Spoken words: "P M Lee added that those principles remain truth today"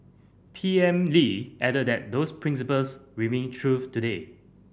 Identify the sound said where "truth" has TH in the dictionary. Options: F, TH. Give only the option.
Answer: F